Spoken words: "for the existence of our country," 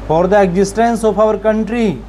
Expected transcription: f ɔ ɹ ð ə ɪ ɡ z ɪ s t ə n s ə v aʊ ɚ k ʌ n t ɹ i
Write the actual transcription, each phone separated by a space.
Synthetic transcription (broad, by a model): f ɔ ɹ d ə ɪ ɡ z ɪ s t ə n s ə p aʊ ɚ k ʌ n t ɹ i